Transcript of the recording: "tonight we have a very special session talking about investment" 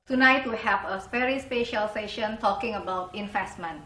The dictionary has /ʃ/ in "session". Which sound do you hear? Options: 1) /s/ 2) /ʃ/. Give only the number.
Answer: 2